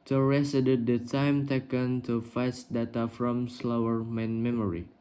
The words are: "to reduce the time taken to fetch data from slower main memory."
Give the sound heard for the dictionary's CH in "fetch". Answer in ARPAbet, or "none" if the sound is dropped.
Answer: S